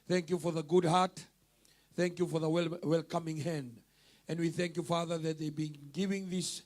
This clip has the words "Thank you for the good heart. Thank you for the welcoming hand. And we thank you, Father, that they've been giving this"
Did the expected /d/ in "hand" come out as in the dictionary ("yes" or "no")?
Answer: yes